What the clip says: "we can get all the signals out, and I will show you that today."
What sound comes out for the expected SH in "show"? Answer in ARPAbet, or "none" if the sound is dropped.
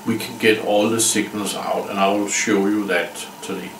SH